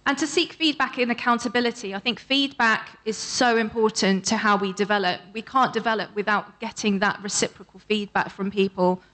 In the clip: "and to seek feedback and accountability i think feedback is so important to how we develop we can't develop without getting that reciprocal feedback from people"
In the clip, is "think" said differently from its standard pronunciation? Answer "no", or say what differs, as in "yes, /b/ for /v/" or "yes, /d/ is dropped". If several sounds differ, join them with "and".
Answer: no